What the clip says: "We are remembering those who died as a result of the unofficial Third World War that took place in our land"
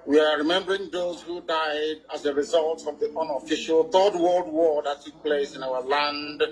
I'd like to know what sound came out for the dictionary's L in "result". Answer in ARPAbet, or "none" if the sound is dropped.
L